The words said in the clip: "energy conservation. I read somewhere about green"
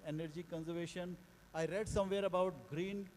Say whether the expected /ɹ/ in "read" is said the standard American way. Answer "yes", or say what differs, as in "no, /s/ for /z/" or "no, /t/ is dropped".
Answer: yes